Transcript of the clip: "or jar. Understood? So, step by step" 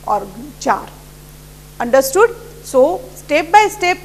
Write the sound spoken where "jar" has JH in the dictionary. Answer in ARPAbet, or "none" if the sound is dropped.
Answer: CH